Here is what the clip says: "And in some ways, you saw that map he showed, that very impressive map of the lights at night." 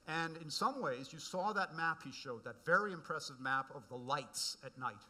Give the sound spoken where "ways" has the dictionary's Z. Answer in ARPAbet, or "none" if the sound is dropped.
Z